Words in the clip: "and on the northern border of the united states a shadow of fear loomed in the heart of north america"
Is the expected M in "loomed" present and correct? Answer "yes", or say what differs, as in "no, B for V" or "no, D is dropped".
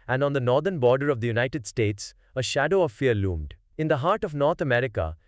yes